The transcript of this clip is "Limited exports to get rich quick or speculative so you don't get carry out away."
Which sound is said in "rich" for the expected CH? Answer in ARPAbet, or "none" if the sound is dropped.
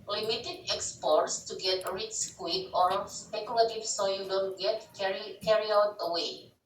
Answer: S